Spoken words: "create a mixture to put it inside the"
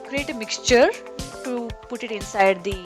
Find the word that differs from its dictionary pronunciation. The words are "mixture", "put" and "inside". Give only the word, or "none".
none